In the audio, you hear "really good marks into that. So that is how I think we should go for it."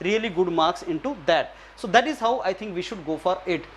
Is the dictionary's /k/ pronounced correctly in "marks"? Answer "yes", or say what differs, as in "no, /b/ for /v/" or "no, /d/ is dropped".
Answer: yes